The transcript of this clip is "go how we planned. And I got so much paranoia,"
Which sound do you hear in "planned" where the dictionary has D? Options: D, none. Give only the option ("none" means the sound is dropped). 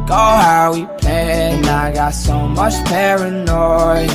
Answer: none